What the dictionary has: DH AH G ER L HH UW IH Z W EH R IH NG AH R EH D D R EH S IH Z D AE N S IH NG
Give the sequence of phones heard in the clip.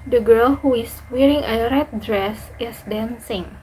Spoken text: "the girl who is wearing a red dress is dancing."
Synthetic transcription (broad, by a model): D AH G ER L HH UW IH S W EH R IH NG AH R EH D D R EH S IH S D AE N S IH NG